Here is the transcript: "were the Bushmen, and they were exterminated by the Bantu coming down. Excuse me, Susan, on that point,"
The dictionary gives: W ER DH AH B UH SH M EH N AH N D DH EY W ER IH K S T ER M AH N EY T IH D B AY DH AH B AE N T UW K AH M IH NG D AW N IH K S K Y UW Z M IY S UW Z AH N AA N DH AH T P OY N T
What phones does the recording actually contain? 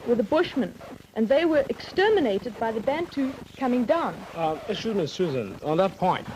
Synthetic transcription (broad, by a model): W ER DH AH B UH SH M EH N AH N DH EY W ER IH K S T ER M AH N EY T IH D B AY DH AH B AE N T UW K AH M IH NG D AW N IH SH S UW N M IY S UW Z AH N N DH AH T P OY N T